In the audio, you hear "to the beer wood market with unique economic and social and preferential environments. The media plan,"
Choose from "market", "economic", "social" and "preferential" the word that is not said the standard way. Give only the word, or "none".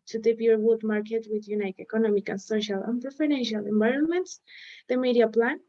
none